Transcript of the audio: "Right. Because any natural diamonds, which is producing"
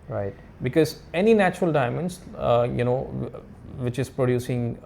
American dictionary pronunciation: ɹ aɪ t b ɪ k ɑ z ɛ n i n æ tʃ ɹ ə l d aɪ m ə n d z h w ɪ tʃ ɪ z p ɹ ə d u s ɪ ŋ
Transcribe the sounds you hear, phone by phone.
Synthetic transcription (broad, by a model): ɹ aɪ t b ɪ k ɑ z ɛ n i n æ tʃ ɹ ə l d aɪ m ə n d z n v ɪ tʃ ɪ z p ɹ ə d u s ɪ ŋ